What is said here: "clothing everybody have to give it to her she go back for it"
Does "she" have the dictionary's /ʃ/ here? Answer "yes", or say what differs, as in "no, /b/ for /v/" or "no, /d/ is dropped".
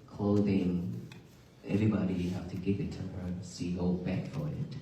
no, /s/ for /ʃ/